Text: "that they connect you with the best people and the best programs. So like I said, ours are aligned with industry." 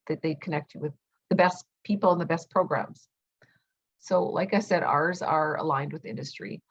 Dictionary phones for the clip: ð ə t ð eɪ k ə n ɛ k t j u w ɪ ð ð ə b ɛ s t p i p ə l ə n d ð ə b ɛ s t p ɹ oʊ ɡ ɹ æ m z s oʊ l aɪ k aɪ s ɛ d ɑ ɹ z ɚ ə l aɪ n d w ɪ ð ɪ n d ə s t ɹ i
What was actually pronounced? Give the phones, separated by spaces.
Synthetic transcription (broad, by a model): ð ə t ð eɪ k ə n ɛ k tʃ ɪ w ɪ ð ð ə b ɛ s p i p l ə n ð ə b ɛ s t p ɹ oʊ ɡ ɹ æ m z s oʊ l aɪ k aɪ s ɛ d ɑ ɹ z ɚ ə l aɪ n d w ɪ ð ɪ n d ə s t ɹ i